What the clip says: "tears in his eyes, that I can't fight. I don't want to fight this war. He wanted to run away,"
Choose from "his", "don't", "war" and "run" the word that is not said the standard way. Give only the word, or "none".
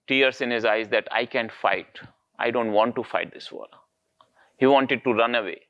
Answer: war